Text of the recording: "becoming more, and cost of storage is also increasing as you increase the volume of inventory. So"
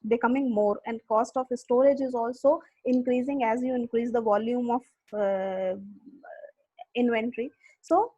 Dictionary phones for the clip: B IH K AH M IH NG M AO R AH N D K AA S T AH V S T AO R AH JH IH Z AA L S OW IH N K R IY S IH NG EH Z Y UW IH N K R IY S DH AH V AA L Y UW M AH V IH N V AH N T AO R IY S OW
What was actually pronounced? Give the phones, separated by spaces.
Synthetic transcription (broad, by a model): B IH K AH M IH NG M AO R AH N D K AA S T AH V S T AO R AH JH IH Z AA L S OW IH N K R IY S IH NG EH Z Y UW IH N K R IY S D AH V AA L Y UW M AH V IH N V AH N T R IY S OW